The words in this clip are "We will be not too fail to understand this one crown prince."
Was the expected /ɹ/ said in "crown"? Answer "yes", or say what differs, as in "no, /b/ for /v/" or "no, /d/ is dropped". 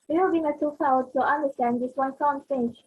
no, /ɹ/ is dropped